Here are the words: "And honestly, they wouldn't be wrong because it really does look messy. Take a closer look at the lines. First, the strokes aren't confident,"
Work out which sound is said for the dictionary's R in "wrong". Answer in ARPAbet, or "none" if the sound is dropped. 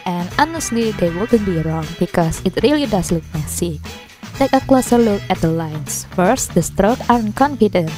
R